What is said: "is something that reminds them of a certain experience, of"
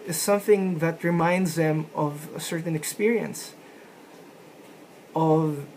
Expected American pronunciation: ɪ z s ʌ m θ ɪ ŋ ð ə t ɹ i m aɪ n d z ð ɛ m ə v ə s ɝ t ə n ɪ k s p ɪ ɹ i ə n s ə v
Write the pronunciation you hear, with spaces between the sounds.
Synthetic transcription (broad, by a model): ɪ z s ʌ m θ ɪ ŋ ð ə t ɹ i m aɪ n d z ð ɛ m ə v ə s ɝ t n ɪ k s p ɪ ɹ i ə n s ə v